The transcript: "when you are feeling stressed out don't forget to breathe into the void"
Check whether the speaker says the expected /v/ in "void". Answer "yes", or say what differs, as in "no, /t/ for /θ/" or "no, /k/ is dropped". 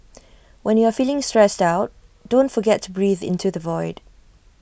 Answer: yes